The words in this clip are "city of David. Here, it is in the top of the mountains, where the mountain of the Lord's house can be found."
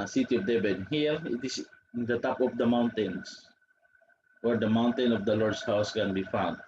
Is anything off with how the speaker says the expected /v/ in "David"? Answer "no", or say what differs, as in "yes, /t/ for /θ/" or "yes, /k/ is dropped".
yes, /b/ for /v/